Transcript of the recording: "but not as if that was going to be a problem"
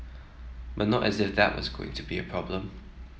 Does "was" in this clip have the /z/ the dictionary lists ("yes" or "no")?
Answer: yes